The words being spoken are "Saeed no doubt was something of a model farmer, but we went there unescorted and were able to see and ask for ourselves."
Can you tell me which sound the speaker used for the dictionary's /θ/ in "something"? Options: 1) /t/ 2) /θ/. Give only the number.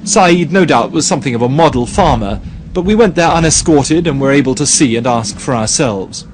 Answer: 2